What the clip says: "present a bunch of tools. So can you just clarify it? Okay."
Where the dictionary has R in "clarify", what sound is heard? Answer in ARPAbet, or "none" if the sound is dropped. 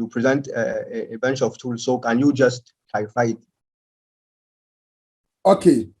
none